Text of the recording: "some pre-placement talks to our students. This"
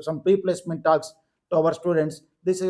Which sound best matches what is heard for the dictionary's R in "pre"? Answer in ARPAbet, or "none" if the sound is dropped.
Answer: none